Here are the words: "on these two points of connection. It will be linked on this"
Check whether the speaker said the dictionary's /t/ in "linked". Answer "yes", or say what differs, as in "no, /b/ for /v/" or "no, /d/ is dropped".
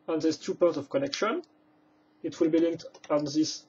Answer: yes